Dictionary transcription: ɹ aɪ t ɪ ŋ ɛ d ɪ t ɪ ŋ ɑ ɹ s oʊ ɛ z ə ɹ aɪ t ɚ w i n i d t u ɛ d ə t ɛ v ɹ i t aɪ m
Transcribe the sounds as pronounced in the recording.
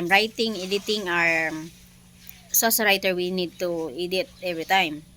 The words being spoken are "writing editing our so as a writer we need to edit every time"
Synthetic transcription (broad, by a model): ɹ aɪ t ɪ ŋ ɛ d ɪ t ɪ ŋ ɑ ɹ s oʊ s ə ɹ aɪ t ɚ w i n i d t u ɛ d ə t ɛ v ɹ i t aɪ m